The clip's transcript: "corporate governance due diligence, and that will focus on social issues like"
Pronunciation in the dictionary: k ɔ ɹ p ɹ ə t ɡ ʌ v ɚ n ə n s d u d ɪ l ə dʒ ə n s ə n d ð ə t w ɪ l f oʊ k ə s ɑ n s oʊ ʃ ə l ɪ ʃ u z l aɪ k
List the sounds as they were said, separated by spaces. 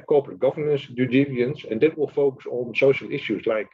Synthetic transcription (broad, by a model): k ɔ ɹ p ɹ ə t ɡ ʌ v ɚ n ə n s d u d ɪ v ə ə n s ə n d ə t w ɪ l f oʊ k ə s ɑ n s oʊ ʃ ə l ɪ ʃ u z l aɪ k